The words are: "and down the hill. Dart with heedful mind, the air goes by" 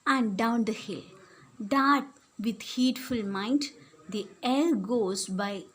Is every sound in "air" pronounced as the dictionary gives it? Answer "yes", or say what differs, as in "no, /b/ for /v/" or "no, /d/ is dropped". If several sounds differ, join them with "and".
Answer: no, /l/ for /ɹ/